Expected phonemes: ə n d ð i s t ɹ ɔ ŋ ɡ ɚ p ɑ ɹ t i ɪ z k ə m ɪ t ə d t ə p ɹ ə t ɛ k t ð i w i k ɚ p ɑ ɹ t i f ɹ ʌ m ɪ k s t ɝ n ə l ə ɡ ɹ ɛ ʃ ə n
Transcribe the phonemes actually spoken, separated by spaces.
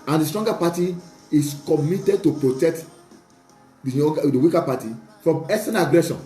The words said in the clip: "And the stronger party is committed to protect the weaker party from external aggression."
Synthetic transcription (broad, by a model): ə n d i s t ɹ ɔ ŋ ɡ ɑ p ɑ t i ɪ s k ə m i t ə d t ə p ɹ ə t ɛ k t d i w i k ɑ p ɑ t i f ɹ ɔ m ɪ s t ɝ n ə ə ɡ ɹ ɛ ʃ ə n